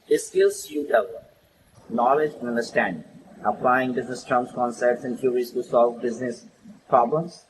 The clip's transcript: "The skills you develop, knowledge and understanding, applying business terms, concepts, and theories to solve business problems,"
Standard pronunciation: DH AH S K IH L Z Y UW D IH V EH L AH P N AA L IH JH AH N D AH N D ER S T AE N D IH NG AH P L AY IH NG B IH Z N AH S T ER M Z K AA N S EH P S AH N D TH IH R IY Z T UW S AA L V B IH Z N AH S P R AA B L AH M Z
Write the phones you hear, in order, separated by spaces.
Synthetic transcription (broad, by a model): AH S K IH L S Y UW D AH B N AA L IH JH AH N AH N D ER S T AE N D IH NG AH P L AY IH NG B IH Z N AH S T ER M S K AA N S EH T S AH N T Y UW R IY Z T UW S AA L V B IH Z N AH S P R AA B L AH M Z